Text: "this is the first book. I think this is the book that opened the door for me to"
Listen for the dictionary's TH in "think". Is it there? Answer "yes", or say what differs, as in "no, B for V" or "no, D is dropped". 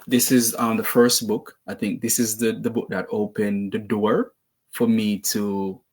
yes